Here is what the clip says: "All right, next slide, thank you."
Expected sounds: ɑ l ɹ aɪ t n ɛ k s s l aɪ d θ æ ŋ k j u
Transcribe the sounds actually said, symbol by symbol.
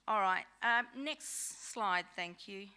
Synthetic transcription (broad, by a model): ɑ l ɹ aɪ t n ɛ k s s l aɪ d θ æ ŋ k j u